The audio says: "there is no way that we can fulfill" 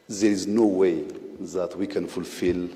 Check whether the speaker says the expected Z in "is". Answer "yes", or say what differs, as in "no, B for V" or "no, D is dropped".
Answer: yes